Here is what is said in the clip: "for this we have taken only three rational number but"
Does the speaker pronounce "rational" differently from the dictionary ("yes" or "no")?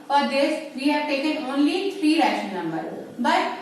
yes